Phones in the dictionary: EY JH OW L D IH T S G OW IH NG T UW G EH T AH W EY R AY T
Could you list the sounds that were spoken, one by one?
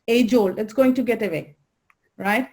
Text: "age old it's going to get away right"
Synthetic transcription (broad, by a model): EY JH OW L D IH T S G OW IH NG T UW G EH T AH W EY R AY T